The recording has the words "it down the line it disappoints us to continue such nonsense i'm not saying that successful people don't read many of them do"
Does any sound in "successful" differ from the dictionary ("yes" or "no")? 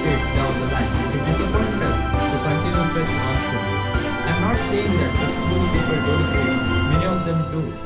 yes